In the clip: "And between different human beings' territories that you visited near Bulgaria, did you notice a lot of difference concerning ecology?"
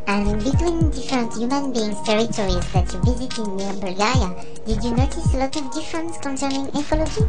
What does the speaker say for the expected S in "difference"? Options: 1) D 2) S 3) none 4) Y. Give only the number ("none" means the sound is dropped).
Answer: 2